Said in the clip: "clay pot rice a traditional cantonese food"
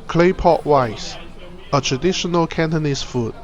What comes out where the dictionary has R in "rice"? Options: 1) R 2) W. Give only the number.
2